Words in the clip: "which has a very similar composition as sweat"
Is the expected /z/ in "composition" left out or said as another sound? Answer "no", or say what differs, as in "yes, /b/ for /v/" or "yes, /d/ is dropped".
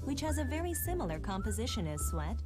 no